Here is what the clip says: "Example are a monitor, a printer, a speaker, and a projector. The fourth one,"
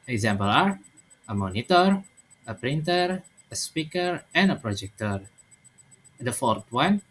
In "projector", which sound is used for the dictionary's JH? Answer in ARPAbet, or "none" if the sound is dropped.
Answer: JH